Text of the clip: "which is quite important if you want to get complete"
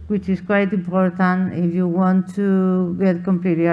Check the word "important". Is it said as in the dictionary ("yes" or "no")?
no